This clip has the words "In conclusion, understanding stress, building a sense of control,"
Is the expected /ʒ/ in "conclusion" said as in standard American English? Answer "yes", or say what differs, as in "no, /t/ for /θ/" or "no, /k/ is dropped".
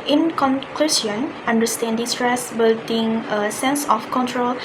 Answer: no, /s/ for /ʒ/